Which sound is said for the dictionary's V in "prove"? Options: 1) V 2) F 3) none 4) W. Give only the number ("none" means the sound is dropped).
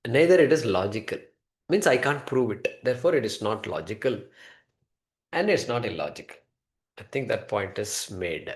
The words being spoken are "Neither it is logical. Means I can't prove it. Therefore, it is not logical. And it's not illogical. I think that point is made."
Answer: 1